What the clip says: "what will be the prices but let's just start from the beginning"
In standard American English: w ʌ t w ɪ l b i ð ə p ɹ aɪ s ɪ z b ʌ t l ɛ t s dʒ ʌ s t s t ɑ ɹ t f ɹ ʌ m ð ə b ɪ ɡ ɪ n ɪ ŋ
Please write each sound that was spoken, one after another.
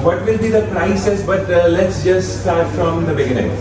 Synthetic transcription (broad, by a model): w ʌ t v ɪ l b i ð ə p ɹ aɪ s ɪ s b ʌ t l ɛ t s dʒ ʌ s t s t ɑ ɹ t f ɹ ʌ m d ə b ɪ ɡ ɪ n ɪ ŋ